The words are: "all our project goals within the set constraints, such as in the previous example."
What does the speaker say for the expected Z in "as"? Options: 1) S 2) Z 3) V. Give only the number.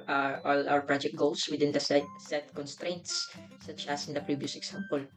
1